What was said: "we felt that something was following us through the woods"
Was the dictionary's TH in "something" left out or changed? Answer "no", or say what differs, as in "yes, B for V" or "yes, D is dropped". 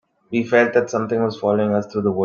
yes, T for TH